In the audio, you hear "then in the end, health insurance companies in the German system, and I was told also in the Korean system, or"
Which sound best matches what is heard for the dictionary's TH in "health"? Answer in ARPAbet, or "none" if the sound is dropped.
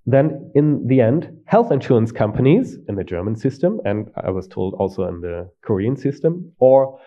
TH